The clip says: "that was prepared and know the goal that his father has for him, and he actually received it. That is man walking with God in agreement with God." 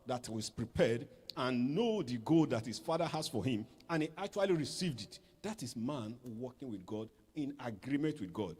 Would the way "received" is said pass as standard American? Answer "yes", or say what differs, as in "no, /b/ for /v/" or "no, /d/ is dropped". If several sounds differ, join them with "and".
yes